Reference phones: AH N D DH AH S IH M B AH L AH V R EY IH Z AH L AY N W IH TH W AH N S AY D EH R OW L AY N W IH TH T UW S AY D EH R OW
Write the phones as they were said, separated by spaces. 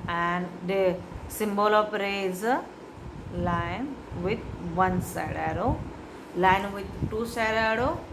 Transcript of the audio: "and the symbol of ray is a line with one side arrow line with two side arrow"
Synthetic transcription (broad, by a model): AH N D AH S IH M B AH L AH P R EY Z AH L AY N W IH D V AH N S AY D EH R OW L AY N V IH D T UW S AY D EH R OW